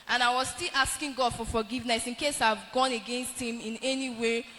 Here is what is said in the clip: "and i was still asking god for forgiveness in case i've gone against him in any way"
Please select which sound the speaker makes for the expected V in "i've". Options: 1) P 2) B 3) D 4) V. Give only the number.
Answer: 4